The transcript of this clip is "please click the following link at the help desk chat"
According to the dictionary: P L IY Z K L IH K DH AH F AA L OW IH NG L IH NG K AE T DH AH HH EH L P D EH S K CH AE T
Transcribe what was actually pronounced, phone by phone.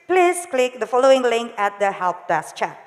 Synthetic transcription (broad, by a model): P L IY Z K L IH K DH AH F AA L OW IH NG L IH NG K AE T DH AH HH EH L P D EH S CH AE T